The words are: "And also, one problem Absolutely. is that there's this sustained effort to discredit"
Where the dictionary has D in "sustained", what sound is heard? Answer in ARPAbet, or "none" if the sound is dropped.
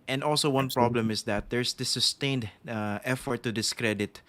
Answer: D